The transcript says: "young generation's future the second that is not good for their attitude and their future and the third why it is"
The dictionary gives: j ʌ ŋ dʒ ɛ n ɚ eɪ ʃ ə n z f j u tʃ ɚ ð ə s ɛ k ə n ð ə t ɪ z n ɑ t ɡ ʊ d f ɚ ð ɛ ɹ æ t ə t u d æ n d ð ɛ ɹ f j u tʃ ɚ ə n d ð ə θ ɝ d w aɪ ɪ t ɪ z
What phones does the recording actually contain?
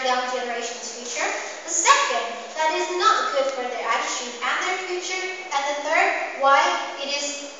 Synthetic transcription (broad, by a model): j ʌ dʒ ɛ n ɚ eɪ ʃ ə n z f j u tʃ ɚ ð ə s ɛ k ə n ð ə t ɪ z n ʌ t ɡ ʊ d f ɚ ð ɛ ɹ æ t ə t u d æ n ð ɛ ɹ f j u tʃ ɚ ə n ð ə θ ɝ d w aɪ ɪ t ɪ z